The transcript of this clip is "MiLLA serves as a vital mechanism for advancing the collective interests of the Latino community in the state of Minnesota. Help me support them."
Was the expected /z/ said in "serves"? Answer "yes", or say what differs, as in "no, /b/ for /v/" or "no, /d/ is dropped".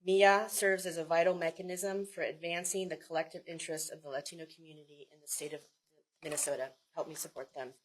yes